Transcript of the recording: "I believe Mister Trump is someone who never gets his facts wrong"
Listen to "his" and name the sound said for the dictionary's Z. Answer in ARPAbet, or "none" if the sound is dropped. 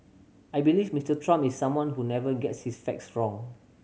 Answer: S